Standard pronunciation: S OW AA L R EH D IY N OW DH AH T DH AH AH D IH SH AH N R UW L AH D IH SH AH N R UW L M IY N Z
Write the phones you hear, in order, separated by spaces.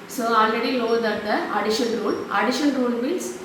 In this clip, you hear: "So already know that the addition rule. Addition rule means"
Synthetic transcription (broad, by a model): S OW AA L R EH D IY L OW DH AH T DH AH AH D IH SH AH N R UW L AH D IH SH AH N R UW L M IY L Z